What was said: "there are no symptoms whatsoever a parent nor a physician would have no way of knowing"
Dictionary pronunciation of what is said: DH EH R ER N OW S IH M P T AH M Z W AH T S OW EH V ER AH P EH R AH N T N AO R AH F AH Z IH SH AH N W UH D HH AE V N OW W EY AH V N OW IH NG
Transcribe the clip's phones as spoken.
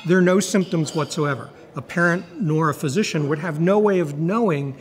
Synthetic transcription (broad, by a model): DH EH R N OW S IH M P T AH M Z W AH T S OW EH V ER AH P EH R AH N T N AO R AH F AH Z IH SH AH N W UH D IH V N OW W EY AH V N OW IH NG